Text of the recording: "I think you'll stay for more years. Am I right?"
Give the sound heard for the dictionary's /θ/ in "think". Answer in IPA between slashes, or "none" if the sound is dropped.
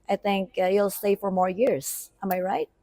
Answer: /θ/